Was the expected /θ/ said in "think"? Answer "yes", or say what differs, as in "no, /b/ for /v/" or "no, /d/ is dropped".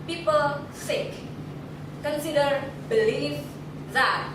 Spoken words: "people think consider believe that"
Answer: no, /s/ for /θ/